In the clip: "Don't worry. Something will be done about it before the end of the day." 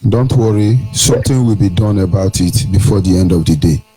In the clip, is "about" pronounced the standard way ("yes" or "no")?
yes